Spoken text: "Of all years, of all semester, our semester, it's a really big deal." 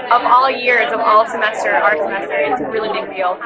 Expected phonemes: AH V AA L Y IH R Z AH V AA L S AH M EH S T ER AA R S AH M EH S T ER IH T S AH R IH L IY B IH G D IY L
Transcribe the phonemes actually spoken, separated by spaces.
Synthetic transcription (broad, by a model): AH V AA L Y IH R Z AH V AA L S AH M EH S T ER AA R S AH M EH S T ER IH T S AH R IH L IY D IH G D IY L